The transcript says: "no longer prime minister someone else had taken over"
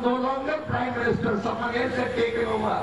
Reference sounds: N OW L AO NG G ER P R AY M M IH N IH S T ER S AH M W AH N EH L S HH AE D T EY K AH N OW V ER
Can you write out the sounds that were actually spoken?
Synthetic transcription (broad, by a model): N OW L AO NG G ER P R AY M M IH N IH S T ER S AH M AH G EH S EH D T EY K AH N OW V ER